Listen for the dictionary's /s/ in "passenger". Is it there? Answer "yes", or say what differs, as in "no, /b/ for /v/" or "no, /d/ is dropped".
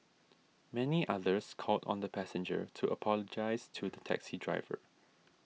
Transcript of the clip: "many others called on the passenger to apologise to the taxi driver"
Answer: yes